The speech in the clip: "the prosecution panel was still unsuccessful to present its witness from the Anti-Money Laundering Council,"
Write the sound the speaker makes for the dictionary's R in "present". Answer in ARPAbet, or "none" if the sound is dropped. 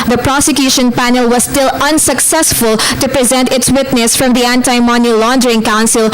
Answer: R